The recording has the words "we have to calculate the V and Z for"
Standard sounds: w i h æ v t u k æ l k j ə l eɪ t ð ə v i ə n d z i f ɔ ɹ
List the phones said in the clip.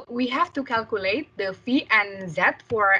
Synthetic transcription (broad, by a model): w i h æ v t u k æ l k j ə l eɪ t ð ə f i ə n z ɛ f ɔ ɹ